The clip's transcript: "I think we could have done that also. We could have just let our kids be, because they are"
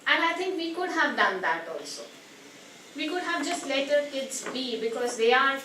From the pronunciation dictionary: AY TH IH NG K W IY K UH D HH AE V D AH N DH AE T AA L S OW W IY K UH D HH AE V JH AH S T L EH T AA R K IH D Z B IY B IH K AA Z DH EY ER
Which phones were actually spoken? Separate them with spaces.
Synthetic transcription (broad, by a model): AY T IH NG K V IY K UH D HH AE V D AH N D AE T AA L S OW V IY K UH D HH AE V JH AH S T L EH T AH R K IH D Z B IY B IH K AA Z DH EY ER